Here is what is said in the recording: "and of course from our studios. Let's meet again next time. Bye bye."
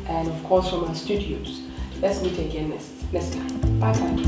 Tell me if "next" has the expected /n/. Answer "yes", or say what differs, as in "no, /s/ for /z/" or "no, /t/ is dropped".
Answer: no, /l/ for /n/